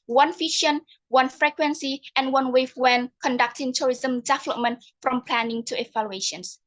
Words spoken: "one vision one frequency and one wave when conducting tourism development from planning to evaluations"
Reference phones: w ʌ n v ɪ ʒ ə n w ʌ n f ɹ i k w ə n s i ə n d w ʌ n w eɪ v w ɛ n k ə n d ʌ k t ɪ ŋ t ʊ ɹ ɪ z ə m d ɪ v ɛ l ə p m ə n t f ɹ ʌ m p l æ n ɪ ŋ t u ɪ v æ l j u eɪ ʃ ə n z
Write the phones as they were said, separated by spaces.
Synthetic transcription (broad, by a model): w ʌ n f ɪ ʃ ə n w ʌ n f ɹ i k w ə n s i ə n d w ʌ n w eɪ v w ɛ n k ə n d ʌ k t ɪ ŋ t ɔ ɹ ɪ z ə m d ɪ v ɛ l ə p m ə n t f ɹ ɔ m p l æ n ɪ ŋ t u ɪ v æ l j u eɪ ʃ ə n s